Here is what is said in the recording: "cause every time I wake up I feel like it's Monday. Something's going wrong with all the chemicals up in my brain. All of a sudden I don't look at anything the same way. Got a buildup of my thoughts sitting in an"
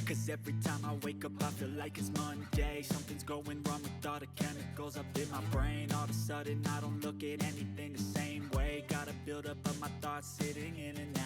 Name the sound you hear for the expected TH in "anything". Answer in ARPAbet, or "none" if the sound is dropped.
TH